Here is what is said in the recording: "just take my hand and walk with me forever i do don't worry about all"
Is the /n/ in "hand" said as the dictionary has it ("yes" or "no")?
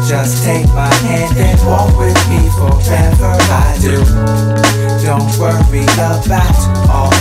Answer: yes